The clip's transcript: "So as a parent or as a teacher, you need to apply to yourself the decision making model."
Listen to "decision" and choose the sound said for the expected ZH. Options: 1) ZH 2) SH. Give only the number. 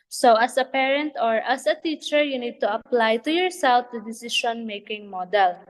2